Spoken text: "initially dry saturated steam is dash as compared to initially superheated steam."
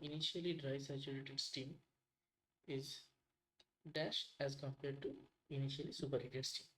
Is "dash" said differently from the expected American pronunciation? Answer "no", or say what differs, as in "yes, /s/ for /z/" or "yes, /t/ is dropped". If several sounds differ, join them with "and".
no